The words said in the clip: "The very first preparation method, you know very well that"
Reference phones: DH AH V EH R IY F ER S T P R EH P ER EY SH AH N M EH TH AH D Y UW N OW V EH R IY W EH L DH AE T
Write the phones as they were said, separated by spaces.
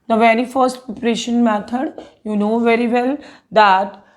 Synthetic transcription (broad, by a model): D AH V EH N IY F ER S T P EH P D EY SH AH N M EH T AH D Y UW N OW V EH R IY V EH L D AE T